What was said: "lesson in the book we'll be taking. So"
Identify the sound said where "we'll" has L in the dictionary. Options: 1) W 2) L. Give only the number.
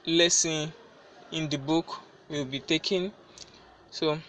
1